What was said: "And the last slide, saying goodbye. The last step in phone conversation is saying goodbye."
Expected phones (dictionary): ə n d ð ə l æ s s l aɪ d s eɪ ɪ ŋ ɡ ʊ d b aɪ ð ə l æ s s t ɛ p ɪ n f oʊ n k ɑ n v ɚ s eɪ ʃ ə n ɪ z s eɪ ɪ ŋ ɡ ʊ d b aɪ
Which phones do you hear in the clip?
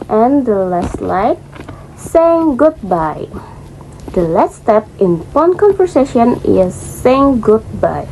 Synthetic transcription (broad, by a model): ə n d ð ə l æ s s l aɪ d s eɪ ɪ ŋ ɡ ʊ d b aɪ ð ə l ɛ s s t ɛ p ɪ n p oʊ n k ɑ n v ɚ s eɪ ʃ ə n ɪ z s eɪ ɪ ŋ ɡ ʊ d b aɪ